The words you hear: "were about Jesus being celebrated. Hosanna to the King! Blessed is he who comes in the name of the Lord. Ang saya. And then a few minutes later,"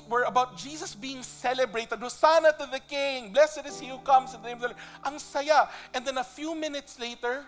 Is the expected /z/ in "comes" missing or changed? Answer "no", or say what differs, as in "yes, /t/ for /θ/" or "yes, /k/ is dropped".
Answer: yes, /s/ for /z/